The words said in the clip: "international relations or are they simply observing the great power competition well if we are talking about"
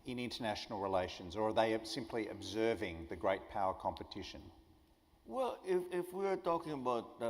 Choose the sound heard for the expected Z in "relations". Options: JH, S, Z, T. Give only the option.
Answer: Z